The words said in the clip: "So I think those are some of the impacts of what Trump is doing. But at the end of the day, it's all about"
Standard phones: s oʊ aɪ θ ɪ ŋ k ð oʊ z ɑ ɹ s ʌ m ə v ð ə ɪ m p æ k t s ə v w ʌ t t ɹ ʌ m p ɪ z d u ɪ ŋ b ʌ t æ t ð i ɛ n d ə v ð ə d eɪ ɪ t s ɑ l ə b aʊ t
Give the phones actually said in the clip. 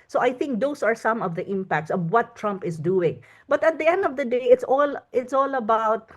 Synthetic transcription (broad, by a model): s oʊ aɪ θ ɪ ŋ k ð oʊ s ɑ ɹ s ʌ m ə v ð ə ɪ m p æ k t s ə v w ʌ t t ɹ ʌ m p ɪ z d u ɪ ŋ b ʌ t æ t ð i ɛ n d ə v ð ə d eɪ ɪ t s ɑ l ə b aʊ t